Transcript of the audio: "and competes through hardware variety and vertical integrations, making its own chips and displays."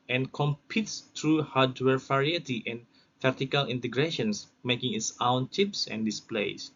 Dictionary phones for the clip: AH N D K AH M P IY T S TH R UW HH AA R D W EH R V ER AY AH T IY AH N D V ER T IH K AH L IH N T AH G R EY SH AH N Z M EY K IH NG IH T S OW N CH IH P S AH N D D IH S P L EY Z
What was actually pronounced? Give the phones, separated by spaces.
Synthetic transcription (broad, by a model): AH N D K AH M P IY T S T R UW HH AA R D W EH R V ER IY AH T IY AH N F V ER T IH K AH L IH N T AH G R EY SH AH N S M EY K IH NG IH T S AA N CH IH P S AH N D D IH S P L EY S